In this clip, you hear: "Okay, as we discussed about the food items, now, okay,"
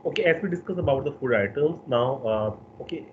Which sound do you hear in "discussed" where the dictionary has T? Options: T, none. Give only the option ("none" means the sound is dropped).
none